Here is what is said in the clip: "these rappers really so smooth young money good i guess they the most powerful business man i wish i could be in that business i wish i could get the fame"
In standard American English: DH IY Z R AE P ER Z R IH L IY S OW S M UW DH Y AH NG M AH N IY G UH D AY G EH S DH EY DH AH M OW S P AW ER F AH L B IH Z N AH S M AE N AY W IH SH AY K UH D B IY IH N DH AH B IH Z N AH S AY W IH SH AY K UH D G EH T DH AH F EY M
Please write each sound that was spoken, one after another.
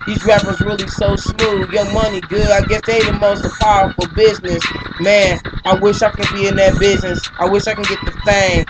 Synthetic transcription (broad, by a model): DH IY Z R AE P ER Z R IH L IY S OW S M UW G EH M AH N IY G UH AY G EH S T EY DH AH M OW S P AW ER F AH B IH Z N AH S M AE N AY W IH SH AY K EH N B IY IH N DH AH B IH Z N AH S AY W IH SH AY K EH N G EH T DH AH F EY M